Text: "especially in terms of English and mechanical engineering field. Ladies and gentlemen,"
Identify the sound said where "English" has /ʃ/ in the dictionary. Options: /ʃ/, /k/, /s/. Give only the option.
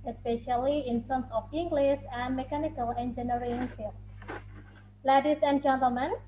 /s/